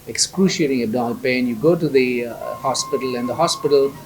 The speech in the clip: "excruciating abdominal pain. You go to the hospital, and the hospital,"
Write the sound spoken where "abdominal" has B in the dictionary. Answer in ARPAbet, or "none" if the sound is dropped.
none